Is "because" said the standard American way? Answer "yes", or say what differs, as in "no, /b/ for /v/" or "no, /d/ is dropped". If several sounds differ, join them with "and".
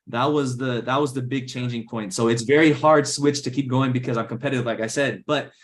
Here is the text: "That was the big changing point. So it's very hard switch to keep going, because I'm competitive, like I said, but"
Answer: yes